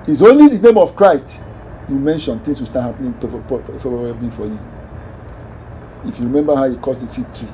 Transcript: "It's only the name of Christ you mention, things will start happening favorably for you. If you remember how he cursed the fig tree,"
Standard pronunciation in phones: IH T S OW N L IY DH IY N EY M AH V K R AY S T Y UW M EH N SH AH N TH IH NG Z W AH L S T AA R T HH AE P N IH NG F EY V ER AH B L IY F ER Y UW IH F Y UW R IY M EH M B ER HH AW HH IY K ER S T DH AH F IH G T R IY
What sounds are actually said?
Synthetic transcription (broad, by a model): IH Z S OW N L IY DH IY N EY M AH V K R AY S T Y UW M EH N SH AH N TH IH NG S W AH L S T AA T HH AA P N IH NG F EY ER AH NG F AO Y UW IH F Y UW R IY M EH M B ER HH AW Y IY K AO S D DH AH F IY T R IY